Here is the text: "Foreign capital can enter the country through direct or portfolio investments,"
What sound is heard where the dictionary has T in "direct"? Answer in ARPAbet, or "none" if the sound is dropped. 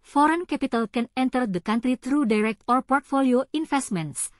T